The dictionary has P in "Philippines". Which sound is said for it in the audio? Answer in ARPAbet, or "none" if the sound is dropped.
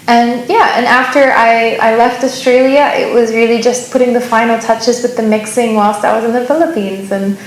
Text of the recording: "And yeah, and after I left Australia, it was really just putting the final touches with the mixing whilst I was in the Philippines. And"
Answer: P